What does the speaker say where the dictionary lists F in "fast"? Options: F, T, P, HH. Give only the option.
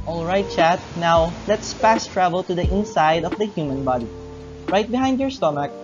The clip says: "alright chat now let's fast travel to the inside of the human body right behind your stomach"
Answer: P